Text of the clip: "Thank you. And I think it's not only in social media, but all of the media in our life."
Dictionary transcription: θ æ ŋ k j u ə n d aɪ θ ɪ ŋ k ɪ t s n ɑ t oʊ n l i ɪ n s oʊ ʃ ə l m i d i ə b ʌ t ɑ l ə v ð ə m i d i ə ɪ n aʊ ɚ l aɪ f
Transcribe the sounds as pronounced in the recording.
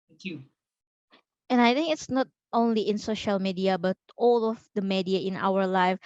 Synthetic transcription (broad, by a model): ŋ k j u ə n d aɪ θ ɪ ŋ k ɪ t s n ɑ t oʊ n l i ɪ n s oʊ ʃ ə l m i d i ə b ʌ t ɑ l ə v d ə m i d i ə ɪ n aʊ ɚ l aɪ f